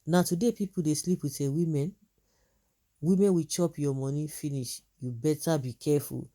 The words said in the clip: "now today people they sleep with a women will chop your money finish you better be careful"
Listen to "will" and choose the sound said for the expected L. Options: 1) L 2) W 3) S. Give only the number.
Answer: 2